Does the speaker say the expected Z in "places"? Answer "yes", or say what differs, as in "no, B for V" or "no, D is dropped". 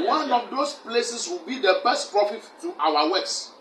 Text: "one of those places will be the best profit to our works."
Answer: no, S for Z